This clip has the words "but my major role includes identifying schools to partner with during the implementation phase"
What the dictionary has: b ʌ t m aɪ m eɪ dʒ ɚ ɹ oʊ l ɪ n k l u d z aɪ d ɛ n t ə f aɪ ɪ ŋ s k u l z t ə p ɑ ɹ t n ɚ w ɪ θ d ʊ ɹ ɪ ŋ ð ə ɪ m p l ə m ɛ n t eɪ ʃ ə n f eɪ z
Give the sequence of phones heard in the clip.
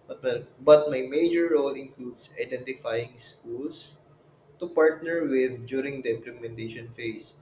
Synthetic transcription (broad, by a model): b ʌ t m aɪ m eɪ dʒ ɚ ɹ oʊ l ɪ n k l u d s aɪ d ɛ n t ə f aɪ ɪ ŋ s k u l s t ə p ɑ ɹ t n ɚ w ɪ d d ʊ ɹ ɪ ŋ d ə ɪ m p l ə m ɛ n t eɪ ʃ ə n f eɪ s